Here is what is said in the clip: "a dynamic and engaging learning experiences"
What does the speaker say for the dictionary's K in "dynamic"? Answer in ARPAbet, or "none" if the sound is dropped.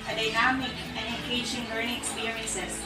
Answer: none